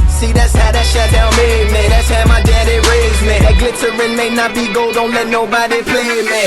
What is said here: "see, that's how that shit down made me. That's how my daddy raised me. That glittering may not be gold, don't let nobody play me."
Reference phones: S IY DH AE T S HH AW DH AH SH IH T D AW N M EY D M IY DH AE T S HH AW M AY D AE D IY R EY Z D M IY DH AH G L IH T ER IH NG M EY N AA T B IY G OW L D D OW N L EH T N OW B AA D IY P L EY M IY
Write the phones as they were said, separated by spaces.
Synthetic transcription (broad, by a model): S IY DH AE T S HH AW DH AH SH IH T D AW L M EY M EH DH AE T S HH AW M AY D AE D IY R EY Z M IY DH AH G L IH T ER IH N M EY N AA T B IY G OW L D D OW N L EH T N OW B AA D IY P L EY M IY